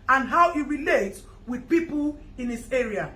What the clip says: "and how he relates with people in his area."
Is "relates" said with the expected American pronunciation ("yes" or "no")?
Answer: no